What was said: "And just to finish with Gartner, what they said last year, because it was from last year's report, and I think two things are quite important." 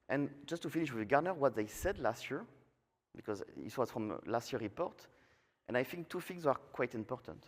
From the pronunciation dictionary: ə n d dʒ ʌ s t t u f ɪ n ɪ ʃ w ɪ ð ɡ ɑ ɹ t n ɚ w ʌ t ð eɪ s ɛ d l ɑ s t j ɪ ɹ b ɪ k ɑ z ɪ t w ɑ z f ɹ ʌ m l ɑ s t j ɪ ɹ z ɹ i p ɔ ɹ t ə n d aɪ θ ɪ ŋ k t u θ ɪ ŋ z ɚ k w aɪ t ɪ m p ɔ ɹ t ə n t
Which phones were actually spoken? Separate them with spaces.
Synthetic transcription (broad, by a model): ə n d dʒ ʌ s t t u f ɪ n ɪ ʃ w ɪ ð ɡ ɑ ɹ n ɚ w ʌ t ð eɪ s ɛ d l ɑ s t j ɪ ɹ b ɪ k ɑ z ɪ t w ɑ z f ɹ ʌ m l ɑ s t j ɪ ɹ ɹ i p ɔ ɹ t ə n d aɪ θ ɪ ŋ k t u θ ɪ ŋ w ɚ k w aɪ t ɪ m p ɔ ɹ t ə n t